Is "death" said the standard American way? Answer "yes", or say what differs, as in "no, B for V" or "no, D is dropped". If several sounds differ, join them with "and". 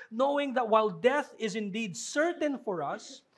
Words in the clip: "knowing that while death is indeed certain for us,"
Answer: yes